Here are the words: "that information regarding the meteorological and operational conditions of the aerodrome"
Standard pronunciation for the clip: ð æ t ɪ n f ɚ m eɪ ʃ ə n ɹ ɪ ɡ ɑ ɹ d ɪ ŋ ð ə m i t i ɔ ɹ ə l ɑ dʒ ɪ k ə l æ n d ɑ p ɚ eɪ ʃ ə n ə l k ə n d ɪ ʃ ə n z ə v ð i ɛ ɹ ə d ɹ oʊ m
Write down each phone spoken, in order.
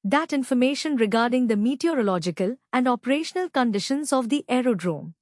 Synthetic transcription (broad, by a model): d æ t ɪ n f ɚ m eɪ ʃ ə n ɹ ɪ ɡ ɑ ɹ d ɪ ŋ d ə m i t i ɔ ɹ ə l ɑ dʒ ɪ k ə l æ n d ɑ p ɚ eɪ ʃ ə n ə l k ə n d ɪ ʃ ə n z ə v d i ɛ ɹ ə d ɹ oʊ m